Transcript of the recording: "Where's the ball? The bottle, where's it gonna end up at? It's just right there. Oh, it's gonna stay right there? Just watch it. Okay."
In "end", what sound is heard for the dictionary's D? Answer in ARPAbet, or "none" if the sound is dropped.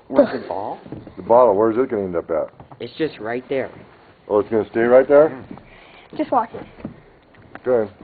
D